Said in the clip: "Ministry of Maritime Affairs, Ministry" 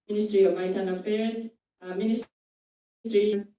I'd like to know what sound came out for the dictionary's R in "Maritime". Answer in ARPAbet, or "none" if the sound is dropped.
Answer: none